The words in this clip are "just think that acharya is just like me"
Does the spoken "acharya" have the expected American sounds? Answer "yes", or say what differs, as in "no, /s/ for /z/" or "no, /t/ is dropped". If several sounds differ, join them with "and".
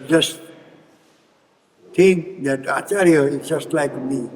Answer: no, /tʃ/ is dropped